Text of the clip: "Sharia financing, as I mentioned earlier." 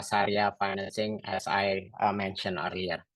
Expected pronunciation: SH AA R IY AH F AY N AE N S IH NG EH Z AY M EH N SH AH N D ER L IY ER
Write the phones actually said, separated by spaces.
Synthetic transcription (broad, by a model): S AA R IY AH F AY N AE N S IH NG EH S AY M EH N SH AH N ER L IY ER